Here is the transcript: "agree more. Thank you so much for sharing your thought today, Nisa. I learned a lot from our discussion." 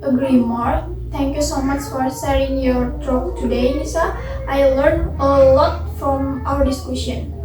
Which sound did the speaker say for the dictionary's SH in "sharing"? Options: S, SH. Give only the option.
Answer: S